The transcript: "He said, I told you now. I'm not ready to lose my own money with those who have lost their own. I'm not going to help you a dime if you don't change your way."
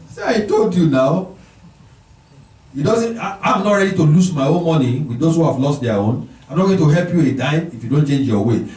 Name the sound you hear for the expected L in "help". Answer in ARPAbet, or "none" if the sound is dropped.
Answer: L